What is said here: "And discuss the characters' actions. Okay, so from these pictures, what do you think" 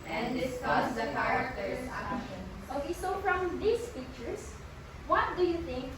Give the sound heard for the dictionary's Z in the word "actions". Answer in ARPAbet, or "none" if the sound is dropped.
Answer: none